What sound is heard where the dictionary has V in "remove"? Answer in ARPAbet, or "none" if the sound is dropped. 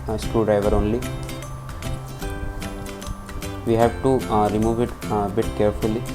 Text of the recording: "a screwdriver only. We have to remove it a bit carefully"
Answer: V